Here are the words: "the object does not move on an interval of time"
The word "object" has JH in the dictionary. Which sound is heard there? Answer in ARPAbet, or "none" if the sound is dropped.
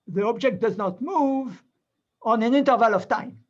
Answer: JH